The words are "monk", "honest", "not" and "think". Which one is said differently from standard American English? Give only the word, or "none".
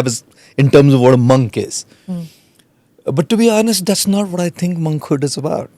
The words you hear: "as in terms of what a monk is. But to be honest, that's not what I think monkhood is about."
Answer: think